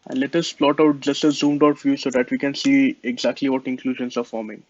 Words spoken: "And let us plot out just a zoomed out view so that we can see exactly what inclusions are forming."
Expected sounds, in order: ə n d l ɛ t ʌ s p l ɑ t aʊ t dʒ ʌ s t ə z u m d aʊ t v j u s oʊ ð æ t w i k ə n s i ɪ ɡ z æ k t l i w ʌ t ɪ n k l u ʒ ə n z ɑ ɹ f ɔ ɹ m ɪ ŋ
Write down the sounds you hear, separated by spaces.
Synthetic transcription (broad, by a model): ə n d l ɛ t ʌ s p l ɑ t aʊ t dʒ ʌ s t ə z u m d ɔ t f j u s oʊ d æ t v i k ə n s i ɪ ɡ z æ k t l i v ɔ t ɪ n k l u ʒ ə n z ɑ ɹ f ɔ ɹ m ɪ ŋ